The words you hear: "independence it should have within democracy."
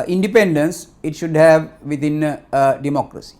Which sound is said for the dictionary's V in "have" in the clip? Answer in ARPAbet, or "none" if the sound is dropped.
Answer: V